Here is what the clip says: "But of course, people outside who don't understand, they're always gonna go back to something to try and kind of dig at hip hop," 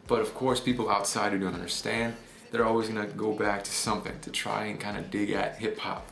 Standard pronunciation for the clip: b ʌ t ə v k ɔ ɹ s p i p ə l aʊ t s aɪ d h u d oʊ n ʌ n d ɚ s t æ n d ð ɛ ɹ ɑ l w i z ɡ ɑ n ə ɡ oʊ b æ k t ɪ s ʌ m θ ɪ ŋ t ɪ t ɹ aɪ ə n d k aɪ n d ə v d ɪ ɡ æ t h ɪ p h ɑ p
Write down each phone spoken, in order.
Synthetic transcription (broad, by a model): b ʌ t ə v k ɔ ɹ s p i p l aʊ t s aɪ d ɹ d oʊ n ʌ n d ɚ s t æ n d ð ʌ ɹ ɑ l w i z ɡ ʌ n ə ɡ oʊ b æ k t ɪ s ʌ m θ ɪ ŋ t ɪ t ɹ aɪ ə n k aɪ n d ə d ɪ ɡ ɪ t h ɪ p h ɑ p